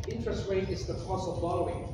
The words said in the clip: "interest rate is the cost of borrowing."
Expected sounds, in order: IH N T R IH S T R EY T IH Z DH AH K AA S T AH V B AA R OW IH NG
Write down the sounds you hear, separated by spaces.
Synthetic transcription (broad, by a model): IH N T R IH S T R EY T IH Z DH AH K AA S AH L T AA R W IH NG